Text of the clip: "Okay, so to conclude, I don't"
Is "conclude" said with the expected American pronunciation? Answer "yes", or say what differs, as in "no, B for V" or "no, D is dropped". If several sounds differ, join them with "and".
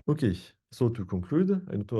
no, N is dropped